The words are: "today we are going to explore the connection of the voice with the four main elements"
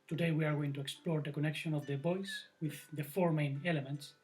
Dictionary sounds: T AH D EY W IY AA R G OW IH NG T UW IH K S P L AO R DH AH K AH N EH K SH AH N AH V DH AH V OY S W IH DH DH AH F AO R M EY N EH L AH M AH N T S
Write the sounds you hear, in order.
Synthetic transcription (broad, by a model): T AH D EY W IY AA R G OW IH NG T UW IH K S P L AO R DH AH K AH N EH K SH AH N AH V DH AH B OY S W IH DH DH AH F AO R M EY N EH L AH M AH N T S